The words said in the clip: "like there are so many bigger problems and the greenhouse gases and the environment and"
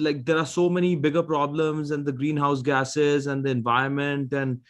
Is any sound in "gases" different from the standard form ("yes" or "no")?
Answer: no